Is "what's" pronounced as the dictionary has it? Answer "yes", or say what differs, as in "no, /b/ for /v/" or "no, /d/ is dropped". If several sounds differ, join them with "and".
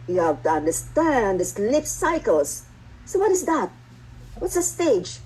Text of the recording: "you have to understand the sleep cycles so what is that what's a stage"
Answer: yes